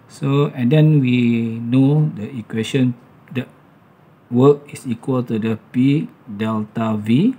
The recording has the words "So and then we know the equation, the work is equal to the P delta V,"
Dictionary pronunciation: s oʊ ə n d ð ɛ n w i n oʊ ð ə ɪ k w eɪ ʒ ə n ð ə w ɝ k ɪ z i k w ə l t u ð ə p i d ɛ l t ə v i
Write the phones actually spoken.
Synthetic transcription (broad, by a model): s oʊ ə n d ɛ n w i n oʊ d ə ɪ k w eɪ ʃ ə n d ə w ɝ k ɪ s i k w ə l t u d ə p i d ɛ l t ə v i